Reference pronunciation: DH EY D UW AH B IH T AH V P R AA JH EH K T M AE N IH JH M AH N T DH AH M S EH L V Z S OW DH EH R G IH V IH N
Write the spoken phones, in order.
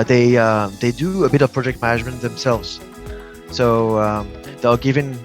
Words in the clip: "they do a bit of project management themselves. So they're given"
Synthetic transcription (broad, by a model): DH EY D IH AH B IH T AH V P R AA JH EH K T M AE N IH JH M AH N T DH AH M S EH L V Z S OW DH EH L G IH V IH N